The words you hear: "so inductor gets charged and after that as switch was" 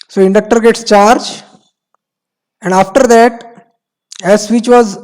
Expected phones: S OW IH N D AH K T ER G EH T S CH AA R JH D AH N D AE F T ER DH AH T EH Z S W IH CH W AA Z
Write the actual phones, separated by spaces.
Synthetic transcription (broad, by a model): S OW IH N D AH K T ER G EH T S CH AA R JH AH N D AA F T ER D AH T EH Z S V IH CH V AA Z